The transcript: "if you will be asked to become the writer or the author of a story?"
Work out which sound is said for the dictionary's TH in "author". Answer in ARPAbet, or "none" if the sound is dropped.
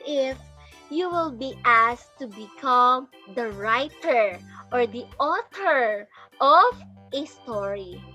T